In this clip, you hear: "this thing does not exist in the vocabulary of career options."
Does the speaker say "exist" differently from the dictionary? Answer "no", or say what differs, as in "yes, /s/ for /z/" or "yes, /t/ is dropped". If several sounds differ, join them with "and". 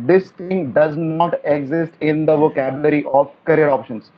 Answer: no